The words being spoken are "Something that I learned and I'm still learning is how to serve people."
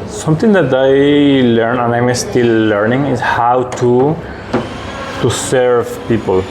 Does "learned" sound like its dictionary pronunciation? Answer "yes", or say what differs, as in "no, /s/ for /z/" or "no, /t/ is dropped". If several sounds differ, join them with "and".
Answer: no, /d/ is dropped